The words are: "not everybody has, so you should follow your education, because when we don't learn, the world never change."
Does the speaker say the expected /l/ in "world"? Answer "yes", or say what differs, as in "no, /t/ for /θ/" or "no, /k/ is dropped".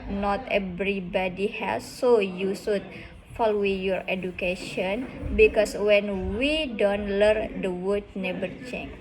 no, /l/ is dropped